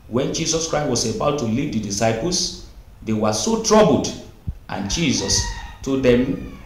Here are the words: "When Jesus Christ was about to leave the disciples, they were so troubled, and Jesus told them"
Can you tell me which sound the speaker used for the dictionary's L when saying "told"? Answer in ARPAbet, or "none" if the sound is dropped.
none